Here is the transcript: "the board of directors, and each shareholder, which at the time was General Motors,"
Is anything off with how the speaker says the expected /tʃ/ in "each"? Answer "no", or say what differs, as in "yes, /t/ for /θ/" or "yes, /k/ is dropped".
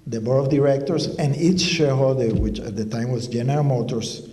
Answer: no